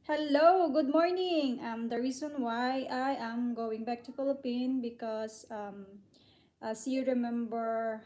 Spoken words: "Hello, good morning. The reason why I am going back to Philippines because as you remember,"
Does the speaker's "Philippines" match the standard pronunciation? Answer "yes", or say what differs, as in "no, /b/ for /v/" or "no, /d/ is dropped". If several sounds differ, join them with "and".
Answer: no, /z/ is dropped